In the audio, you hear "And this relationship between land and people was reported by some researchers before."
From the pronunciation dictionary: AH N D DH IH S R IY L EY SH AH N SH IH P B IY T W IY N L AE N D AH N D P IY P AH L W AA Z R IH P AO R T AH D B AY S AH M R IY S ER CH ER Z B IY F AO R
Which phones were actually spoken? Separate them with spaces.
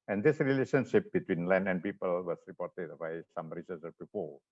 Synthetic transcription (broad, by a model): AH N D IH S R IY L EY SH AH N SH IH P B IY T W IY N L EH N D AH N P IY P AH L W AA S R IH P AO R T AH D B AY S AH M R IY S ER S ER B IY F AO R